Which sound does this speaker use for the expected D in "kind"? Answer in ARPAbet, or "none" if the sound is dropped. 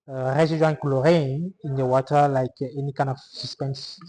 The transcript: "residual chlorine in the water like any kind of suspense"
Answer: none